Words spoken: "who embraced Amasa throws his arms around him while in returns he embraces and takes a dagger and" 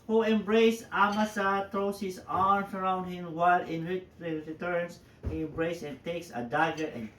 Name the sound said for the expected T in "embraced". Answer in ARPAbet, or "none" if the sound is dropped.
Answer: none